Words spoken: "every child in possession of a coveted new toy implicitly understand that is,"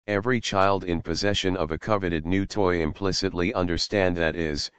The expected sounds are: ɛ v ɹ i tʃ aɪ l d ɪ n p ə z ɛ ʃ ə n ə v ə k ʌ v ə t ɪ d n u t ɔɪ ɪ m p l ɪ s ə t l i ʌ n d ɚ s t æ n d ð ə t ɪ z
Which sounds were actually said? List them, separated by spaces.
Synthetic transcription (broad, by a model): ɛ v ɹ i tʃ aɪ l d ɪ n p ə z ɛ ʃ ə n ə v ə k ʌ v ə t ɪ d n u t ɔɪ ɪ m p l ɪ s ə t l i ʌ n d ɚ s t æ n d ð ə t ɪ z